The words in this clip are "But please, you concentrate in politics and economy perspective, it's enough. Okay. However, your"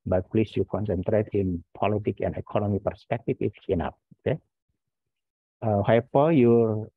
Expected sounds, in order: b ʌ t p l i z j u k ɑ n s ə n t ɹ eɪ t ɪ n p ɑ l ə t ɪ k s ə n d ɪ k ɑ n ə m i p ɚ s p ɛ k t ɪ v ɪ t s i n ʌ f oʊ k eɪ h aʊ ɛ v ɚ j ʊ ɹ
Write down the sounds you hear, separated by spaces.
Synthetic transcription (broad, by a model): b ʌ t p l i s j u k ɑ n s ə n t ɹ eɪ t ɪ n p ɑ l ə t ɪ k ə n d ɪ k ɑ n ə m i p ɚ s p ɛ k t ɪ f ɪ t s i n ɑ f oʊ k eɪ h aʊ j p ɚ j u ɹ